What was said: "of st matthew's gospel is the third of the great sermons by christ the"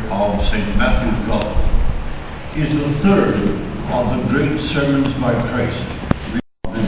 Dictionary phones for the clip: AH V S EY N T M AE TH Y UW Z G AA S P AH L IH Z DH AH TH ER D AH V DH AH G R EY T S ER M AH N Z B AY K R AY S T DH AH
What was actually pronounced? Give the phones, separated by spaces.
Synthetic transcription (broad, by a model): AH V S EY N T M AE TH Y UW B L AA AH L IH Z DH AH TH ER D AH V DH AH G R EY T S ER M AH N Z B AY K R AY S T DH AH